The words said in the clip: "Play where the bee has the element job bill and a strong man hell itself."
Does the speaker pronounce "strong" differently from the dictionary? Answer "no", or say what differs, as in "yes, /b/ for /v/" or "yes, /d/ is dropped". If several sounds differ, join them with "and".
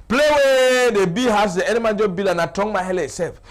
yes, /ɹ/ is dropped